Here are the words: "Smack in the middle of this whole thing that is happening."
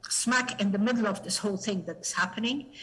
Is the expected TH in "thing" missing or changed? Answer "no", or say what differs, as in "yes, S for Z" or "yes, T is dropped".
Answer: no